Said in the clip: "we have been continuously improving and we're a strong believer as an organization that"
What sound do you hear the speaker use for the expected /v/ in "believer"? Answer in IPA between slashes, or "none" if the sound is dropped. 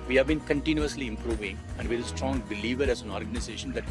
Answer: /v/